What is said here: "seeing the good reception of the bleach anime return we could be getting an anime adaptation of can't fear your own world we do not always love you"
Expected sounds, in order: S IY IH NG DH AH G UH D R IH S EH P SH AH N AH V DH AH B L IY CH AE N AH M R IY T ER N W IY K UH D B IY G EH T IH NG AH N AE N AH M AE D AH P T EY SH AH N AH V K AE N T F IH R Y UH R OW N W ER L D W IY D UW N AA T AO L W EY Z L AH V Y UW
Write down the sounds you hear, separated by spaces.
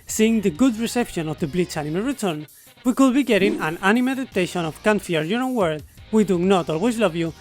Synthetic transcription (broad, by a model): S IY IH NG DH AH G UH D R IH S EH P SH AH N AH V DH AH B L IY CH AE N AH M R IY T ER N W IY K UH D B IY G EH T IH NG AH N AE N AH M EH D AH T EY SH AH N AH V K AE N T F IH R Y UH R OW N W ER D W IY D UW N AA T AO L W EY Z L AH V Y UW